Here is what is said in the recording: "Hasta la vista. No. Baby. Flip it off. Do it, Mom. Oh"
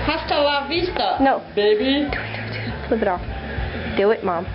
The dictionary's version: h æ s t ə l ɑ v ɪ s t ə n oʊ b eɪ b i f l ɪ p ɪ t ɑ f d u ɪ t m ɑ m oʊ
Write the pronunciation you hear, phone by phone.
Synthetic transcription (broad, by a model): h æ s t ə l ɑ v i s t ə n oʊ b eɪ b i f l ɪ b ɪ t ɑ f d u ɪ t m ɑ m